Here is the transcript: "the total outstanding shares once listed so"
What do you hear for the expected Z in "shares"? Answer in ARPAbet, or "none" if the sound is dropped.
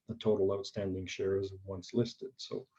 Z